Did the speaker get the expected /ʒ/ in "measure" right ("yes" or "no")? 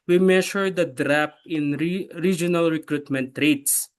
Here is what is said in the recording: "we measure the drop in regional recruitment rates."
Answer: no